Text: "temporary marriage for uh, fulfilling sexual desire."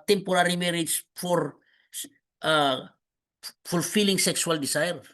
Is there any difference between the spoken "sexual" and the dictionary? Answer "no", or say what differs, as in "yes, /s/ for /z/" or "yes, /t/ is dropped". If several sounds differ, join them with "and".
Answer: yes, /s/ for /ʃ/